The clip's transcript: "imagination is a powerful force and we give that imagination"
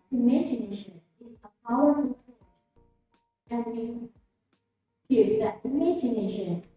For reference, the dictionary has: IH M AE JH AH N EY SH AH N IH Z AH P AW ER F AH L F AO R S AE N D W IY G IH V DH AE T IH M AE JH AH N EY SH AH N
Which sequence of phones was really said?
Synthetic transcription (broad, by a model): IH M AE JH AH N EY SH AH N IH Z AH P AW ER AH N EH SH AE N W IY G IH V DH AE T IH M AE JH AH N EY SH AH N